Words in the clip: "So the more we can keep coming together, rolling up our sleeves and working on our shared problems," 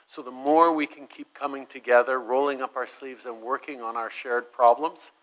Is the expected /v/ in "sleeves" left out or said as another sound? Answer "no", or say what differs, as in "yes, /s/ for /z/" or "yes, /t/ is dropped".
no